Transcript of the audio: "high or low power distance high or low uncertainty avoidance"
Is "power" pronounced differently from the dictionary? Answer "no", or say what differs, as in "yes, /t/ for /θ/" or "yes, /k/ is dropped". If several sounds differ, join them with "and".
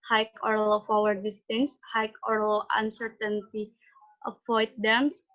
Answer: yes, /f/ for /p/